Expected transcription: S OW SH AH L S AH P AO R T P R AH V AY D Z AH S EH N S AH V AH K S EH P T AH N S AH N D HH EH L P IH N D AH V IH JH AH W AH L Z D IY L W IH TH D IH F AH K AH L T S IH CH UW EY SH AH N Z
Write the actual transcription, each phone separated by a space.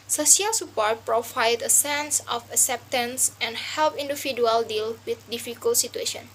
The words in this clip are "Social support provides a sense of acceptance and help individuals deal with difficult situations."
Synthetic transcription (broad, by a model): S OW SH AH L S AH P AO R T P R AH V AY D AH S EH N S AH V AH K S EH P T AH N S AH N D HH EH L P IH N D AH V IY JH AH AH L D IY L W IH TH D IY F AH K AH L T S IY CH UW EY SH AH N